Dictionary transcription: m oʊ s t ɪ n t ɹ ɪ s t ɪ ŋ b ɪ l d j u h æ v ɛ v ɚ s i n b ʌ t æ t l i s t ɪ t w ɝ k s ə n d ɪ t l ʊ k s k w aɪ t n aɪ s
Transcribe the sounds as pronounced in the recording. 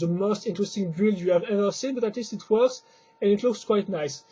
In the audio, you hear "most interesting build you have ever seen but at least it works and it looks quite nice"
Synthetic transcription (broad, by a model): m oʊ s t ɪ n t ɹ ɪ s t ɪ ŋ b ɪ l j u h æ v ɛ v ɚ s i n b ʌ t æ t l i s t ɪ t w ɝ k s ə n ɪ t l ʊ k s k w aɪ t n aɪ s